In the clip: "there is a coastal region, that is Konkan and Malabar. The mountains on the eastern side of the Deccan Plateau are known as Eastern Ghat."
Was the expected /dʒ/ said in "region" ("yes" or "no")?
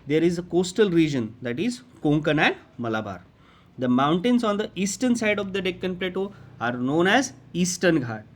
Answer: yes